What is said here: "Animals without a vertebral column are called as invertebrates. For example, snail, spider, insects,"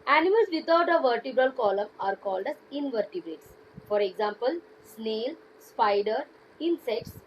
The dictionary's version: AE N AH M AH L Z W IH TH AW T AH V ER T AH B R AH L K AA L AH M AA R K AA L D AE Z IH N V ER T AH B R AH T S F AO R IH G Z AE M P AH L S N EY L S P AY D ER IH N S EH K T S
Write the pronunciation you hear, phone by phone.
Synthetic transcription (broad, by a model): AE N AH M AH L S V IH T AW T AH V ER T AH B R AH L K AA L AH M AA R K AA L D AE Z IH N V ER T AH B R AH T S F AO R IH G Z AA M P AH L S N EY L S P AY D ER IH N S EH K T S